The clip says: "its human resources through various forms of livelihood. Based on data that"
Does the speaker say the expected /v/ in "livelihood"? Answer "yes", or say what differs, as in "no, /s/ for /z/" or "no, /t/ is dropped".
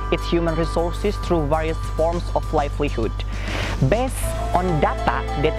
no, /f/ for /v/